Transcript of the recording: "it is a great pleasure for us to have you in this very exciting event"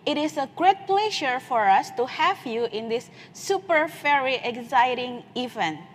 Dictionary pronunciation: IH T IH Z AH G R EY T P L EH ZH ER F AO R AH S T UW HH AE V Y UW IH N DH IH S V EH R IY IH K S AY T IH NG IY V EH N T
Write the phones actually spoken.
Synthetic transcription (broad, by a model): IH T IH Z AH G R EY T P L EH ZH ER F AO R AH S T UW HH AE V Y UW IH N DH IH S F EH R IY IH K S AY T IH NG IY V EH N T